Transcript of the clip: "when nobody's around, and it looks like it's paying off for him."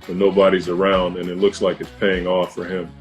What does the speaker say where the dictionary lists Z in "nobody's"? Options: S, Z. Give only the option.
Z